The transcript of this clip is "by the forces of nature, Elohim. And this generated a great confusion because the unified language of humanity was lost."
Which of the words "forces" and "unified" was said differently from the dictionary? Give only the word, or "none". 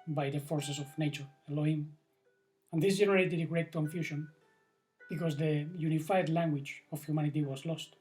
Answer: forces